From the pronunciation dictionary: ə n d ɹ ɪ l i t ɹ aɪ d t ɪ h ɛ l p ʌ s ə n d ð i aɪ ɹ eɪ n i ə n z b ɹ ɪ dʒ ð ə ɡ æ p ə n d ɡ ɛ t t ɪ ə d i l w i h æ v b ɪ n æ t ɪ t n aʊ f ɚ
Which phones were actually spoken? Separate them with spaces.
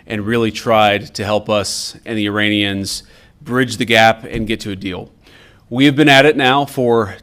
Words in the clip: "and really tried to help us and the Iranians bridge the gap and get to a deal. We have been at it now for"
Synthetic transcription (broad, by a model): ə n ɹ ɪ l i t ɹ aɪ d t ɪ h ɛ l p ʌ s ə n ð i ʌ ɹ eɪ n i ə n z b ɹ ɪ dʒ ð ə ɡ æ p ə n ɡ ɛ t t ɪ ə d i l w i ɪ v b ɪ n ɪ t ɪ t n aʊ f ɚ